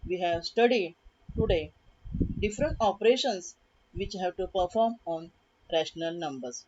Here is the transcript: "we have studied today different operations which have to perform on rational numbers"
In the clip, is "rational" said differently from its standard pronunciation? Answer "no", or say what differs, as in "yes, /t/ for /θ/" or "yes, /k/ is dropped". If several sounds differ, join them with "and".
no